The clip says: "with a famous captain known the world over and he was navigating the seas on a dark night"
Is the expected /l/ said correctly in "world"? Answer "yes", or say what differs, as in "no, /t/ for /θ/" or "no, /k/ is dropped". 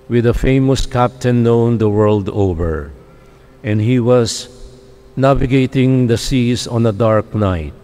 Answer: yes